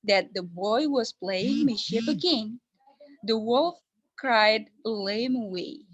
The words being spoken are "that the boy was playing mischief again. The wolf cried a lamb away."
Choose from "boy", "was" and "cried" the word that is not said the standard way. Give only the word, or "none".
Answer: none